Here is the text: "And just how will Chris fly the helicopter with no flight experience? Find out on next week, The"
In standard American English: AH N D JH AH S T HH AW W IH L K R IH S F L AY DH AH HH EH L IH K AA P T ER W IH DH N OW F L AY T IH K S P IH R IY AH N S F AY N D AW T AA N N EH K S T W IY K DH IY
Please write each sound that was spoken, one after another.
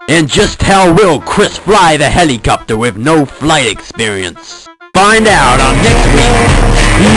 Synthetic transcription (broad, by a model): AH N JH AH S T HH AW W IH L K R IH S F L AY DH AH HH EH L IH K AA P T ER W IH DH N OW F L AY T IH K S P IH R IY AH N S F AY N D AW T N N EH K S T W IY K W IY